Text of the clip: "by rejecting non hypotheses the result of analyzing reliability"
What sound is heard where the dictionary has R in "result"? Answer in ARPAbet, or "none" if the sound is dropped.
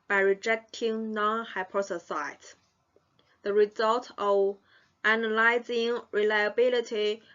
R